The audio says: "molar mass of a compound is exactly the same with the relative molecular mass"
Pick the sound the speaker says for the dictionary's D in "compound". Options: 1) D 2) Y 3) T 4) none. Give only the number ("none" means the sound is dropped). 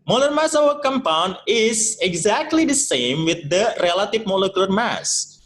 1